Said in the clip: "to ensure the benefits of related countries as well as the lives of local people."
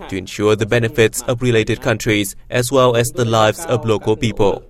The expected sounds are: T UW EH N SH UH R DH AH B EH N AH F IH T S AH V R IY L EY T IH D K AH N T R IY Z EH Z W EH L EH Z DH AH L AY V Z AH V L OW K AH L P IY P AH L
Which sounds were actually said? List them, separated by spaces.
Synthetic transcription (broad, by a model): T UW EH N SH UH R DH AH B EH N AH F IH T S AH V R IY L EY T IH D K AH N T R IY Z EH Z W EH L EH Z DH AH L AY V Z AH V L OW K AH L P IY P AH L